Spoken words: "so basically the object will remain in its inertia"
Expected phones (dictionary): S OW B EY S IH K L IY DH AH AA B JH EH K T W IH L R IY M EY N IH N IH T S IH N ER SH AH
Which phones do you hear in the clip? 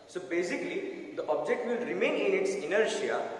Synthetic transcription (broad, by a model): S OW B EY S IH K L IY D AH AA B JH EH K T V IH L R IY M EY N IH N IH T S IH N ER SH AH